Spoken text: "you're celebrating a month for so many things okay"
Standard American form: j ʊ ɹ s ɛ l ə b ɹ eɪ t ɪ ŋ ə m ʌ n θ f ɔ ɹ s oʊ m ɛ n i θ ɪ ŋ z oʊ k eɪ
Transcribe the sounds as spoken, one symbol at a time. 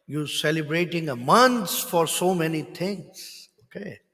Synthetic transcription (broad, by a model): j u s ɛ l ə b ɹ eɪ t ɪ ŋ ə m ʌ n s f ɔ ɹ s oʊ m ɛ n i t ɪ ŋ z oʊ k eɪ